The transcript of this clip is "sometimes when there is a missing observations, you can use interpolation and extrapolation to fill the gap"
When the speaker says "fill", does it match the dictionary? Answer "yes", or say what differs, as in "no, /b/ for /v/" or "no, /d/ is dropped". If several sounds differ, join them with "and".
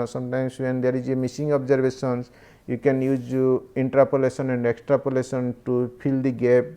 no, /p/ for /f/